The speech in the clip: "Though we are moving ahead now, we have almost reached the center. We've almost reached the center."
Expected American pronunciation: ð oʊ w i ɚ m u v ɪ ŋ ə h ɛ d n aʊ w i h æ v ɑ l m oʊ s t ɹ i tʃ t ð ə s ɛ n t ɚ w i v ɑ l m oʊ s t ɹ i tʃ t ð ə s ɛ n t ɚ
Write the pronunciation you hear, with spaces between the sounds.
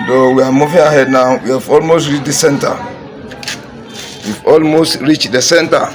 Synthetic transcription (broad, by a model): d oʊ w i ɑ m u f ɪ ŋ ə h ɛ d n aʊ w i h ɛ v ɑ l m oʊ s t ɹ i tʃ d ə s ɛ n t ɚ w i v ɑ l m oʊ s t ɹ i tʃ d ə s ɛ n t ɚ